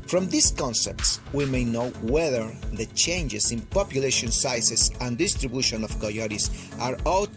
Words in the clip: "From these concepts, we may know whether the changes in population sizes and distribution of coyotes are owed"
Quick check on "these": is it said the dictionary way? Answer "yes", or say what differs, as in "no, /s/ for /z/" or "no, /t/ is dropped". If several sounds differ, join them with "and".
no, /s/ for /z/